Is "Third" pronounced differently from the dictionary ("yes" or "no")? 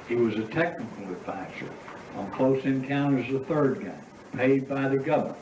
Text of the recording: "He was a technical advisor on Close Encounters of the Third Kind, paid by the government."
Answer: no